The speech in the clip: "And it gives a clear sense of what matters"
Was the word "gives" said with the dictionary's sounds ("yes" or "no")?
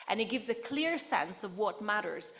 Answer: yes